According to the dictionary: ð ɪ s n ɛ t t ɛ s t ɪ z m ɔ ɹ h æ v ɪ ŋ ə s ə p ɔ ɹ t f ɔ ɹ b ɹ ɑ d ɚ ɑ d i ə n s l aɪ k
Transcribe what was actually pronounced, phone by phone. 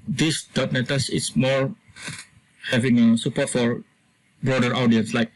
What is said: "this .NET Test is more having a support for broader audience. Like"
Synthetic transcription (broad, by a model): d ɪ s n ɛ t t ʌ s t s m ɔ ɹ h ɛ v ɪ ŋ ə s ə p ɔ t f ɔ ɹ b ɹ ɑ d ɚ ɑ d i ə n s l aɪ k